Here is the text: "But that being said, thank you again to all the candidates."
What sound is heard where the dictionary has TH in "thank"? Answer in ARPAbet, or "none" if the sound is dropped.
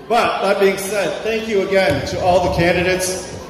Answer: TH